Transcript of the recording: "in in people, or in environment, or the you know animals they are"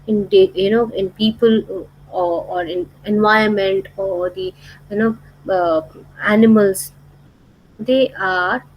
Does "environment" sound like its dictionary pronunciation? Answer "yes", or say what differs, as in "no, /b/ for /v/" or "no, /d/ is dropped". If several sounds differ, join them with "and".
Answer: no, /ɹ/ is dropped